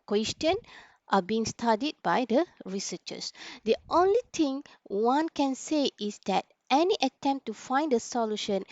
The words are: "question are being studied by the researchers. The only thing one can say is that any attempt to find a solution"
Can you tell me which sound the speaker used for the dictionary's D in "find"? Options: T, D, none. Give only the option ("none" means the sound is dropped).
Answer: D